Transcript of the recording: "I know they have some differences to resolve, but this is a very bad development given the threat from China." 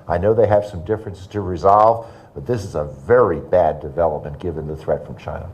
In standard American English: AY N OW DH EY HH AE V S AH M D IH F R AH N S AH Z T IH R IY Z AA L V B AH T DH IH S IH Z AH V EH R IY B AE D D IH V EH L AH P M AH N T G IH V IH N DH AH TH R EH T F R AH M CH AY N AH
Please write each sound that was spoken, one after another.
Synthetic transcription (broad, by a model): AY N OW DH EY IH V S AH M D IH F R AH N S T IH R IY Z AA L V B AH T DH IH S IH Z AH V EH R IY B AE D D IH V EH L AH P M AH N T G IH V IH N DH AH TH R EH T F R AH M CH AY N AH